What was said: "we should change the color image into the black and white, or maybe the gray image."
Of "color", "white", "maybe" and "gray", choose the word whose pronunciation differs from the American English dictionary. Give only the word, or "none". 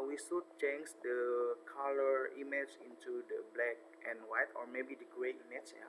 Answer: none